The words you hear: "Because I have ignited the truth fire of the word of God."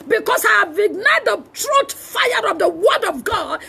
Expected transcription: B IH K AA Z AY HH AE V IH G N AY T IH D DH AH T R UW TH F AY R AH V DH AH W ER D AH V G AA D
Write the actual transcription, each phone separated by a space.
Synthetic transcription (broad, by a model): B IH K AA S AY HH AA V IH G N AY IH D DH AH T R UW T F AY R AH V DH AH W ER D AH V G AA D